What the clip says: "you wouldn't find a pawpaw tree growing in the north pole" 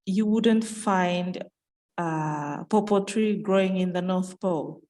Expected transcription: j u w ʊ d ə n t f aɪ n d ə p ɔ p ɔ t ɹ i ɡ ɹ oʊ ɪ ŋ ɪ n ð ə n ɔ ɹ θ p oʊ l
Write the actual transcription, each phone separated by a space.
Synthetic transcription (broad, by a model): j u w ʊ d ə n t f aɪ n d ə p ɔ p ɔ t ɹ i ɡ ɹ oʊ ɪ ŋ ɪ n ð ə n ɔ ɹ θ p oʊ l